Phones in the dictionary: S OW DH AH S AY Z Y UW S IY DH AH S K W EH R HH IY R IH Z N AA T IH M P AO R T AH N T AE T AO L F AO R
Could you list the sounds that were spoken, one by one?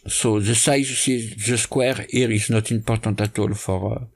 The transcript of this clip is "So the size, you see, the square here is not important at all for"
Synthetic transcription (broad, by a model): S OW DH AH S AY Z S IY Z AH S K W EH R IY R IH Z N AA T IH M P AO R T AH T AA T AO L F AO R